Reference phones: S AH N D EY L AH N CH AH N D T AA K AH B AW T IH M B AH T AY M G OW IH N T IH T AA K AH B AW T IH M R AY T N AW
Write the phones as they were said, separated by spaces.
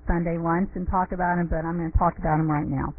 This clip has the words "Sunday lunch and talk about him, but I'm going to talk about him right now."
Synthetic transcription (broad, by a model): S AH N D EY W AH N S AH N T AA K AH B AW T IH M B AH T AY M G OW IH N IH T AA K AH B AW T IH M R AY T N AW